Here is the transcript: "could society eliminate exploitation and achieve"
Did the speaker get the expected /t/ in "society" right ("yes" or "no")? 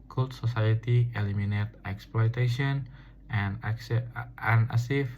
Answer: yes